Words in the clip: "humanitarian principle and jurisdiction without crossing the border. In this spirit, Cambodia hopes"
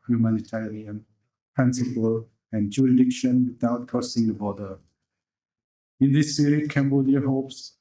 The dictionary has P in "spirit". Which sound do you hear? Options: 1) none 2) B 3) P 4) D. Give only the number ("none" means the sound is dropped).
1